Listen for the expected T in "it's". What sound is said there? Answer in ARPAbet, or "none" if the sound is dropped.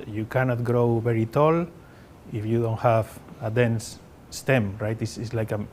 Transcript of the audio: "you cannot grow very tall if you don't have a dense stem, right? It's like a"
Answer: S